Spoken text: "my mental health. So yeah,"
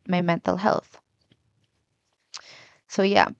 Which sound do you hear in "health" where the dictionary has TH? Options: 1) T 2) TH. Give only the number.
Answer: 2